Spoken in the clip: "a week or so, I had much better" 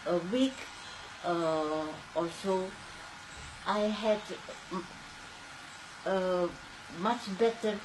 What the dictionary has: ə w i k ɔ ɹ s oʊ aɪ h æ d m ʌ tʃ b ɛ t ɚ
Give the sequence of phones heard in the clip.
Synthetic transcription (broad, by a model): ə w i k ɔ l s oʊ aɪ h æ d m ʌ tʃ b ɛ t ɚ